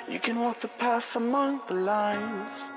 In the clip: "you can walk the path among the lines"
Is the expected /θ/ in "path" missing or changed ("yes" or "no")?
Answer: yes